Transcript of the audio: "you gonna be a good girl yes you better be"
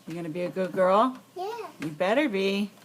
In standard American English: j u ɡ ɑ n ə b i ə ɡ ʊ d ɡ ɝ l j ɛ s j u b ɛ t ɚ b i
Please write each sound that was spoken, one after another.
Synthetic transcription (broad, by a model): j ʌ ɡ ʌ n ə b i ə ɡ ʊ d ɡ ɝ l j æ j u b ɛ t ɚ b i